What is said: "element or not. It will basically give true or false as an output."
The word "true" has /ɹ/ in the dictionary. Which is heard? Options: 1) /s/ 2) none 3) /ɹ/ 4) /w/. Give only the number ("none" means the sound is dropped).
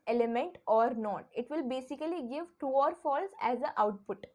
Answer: 2